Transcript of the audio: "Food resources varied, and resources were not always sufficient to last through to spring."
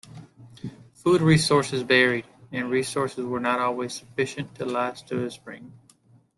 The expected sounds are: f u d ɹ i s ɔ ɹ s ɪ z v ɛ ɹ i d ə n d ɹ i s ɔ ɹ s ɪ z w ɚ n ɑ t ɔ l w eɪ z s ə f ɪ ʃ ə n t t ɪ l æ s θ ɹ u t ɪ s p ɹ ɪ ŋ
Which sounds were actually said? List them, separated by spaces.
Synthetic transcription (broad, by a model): f u d ɹ i s ɔ ɹ s ɪ z b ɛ ɹ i d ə n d ɹ i s ɔ ɹ s ɪ z w ɚ n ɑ t ɔ l w eɪ z s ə f ɪ ʃ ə n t t ɪ l æ s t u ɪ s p ɹ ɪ ŋ